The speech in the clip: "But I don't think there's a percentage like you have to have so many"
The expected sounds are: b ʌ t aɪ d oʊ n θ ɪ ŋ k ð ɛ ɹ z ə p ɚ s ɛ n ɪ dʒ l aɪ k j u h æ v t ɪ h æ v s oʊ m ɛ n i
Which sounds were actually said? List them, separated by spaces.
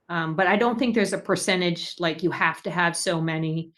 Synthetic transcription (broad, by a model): b ʌ t aɪ d oʊ n θ ɪ ŋ k ð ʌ ɹ z ə p ɚ s ɛ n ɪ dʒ l aɪ k j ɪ h æ f t ɪ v s oʊ m ɛ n i